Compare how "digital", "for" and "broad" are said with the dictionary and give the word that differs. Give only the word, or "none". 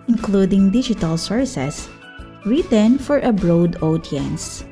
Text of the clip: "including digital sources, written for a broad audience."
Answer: none